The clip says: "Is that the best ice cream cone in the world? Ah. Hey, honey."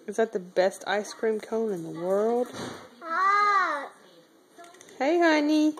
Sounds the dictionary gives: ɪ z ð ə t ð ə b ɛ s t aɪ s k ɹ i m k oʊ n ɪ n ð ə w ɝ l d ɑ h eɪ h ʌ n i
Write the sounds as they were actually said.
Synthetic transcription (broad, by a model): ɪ z ð ə t ð ə b ɛ s t aɪ s k ɹ i m k oʊ n ɪ n ð ə w ɝ l d h eɪ h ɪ n i